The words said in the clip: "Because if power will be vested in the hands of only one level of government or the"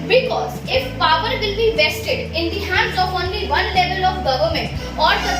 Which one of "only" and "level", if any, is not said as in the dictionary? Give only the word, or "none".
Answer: none